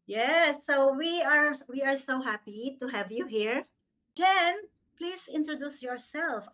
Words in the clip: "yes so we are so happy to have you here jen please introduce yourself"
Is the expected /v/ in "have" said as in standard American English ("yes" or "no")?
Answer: yes